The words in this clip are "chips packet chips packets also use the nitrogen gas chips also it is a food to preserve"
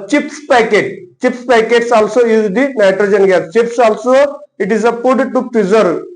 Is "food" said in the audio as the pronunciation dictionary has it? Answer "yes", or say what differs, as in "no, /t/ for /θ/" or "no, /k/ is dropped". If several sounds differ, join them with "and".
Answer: no, /p/ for /f/